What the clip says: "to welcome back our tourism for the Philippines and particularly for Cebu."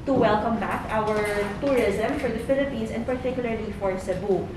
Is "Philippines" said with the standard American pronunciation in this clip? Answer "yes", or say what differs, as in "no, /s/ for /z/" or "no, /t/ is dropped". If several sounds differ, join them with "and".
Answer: no, /s/ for /z/